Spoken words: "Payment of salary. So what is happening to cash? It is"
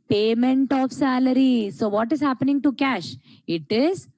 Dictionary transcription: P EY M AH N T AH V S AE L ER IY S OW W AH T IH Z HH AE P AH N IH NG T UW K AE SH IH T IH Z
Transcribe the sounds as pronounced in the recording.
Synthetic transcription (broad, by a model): P EY M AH N T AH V S AE L ER IY S OW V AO T IH Z HH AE P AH N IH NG T UW K AE SH IH T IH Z